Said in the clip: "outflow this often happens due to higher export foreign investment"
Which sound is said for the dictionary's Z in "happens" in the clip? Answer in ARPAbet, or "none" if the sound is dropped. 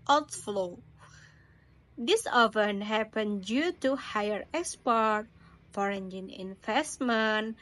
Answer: none